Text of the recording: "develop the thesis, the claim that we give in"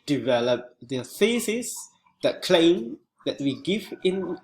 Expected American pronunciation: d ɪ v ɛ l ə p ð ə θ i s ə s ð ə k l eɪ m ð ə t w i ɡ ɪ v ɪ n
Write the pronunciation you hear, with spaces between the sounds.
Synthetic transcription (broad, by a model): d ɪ v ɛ l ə p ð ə f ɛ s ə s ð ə k l eɪ m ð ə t w i ɡ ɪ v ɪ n